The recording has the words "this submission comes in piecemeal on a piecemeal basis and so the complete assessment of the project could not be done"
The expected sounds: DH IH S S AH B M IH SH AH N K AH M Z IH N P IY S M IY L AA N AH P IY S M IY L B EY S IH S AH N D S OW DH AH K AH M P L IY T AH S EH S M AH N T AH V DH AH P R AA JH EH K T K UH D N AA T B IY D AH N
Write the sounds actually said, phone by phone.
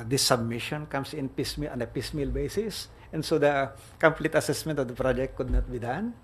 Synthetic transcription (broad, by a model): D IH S S AH B M IH SH AH N K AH M S IH N P IY S M IY L AA N AH P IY S M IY L B EY S IH S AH N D S OW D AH K AH M P L IY T AH S EH S M AH N T AH V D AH P R AA JH EH K T K UH D N AA T B IY D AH N